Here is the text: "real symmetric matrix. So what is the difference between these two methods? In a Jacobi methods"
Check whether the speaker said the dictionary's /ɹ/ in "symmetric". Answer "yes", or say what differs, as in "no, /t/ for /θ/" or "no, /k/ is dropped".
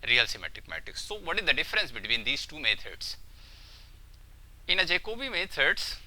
no, /ɹ/ is dropped